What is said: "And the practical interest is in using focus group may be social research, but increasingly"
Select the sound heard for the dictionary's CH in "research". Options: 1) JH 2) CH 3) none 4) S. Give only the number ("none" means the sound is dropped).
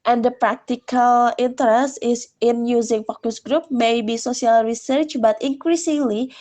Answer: 2